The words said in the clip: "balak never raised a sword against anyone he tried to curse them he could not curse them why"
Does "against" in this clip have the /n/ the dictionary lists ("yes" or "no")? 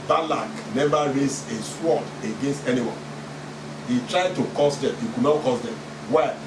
yes